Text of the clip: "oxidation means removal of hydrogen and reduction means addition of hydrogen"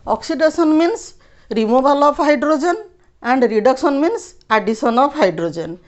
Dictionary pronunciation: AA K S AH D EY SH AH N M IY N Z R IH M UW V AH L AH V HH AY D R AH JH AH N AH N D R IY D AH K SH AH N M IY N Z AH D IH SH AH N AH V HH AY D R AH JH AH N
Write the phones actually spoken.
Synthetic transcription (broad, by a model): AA K S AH D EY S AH N M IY N S R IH M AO B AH L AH P HH AY D R AH JH AH N AH N D R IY D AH K S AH N M IY N S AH D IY S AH N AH P HH AY D R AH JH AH N